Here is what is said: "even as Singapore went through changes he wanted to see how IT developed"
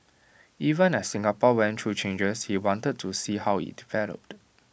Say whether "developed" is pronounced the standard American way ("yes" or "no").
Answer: yes